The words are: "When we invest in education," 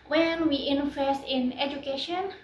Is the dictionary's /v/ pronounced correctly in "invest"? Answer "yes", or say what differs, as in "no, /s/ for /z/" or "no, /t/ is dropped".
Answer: no, /f/ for /v/